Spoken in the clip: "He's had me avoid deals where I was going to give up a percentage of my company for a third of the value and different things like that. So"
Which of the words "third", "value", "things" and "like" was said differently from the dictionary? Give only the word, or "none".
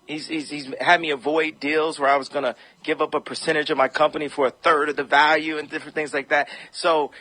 none